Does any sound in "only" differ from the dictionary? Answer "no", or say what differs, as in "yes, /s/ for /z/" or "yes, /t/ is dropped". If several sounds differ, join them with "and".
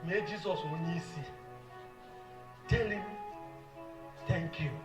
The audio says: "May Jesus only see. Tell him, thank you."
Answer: yes, /l/ is dropped